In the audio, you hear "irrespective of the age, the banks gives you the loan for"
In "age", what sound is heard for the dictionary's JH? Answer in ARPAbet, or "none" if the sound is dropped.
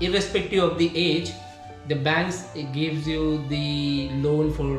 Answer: JH